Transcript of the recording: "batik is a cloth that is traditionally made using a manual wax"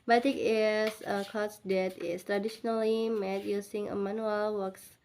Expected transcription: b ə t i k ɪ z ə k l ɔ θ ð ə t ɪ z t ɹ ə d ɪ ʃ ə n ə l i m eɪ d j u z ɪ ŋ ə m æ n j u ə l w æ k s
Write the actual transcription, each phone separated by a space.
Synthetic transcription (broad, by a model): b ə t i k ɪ s ə k ɔ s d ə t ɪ s t ɹ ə d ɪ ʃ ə n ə l i m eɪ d j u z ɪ ŋ ə m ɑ n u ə l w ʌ k s